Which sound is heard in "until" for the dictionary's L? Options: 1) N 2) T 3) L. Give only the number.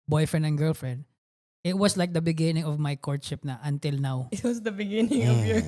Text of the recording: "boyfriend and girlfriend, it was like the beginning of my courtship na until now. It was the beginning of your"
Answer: 3